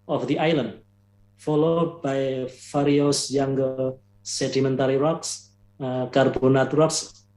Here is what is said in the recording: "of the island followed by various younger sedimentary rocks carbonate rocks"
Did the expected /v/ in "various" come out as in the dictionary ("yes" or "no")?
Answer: no